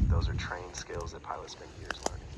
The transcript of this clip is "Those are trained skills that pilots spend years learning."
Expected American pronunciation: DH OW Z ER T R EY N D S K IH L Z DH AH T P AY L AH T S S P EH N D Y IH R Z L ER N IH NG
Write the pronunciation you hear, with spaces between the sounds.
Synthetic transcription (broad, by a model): DH OW Z ER T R EY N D S K IH L Z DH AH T P AY L AH T S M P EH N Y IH R Z L ER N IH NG